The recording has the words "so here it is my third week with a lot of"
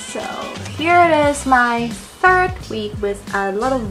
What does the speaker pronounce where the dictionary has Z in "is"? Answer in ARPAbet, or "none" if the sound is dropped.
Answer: Z